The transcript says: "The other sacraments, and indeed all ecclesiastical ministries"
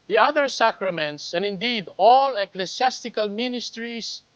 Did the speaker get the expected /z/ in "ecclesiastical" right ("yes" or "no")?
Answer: no